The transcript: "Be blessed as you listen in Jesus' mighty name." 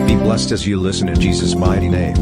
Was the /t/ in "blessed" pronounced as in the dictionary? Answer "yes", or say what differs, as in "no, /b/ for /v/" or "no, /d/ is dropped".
yes